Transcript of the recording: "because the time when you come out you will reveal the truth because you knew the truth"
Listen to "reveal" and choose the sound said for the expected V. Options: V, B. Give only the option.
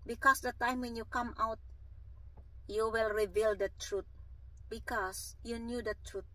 V